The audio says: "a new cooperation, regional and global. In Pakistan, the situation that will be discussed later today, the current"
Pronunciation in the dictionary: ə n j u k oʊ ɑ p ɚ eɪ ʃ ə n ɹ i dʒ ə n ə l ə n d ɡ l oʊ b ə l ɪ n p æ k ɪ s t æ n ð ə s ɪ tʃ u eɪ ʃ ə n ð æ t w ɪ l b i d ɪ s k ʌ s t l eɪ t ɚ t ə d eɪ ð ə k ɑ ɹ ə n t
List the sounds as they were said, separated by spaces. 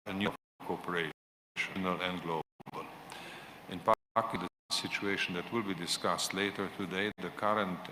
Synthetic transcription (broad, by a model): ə n j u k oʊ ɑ p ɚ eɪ ə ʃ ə n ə l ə n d ɡ l oʊ b ə l ɪ n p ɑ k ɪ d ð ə s ɪ tʃ u eɪ ʃ ə n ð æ t w ɪ l b i d ɪ s k ʌ s t l eɪ t ɚ t ə d eɪ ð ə k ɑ ɹ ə n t